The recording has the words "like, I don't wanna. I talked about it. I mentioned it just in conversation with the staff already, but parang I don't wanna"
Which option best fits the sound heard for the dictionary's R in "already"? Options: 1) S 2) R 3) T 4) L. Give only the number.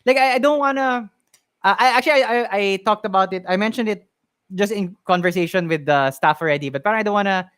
2